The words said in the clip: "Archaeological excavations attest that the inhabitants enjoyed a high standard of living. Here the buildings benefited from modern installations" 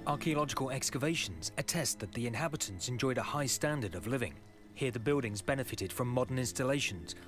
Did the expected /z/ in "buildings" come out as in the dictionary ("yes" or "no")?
yes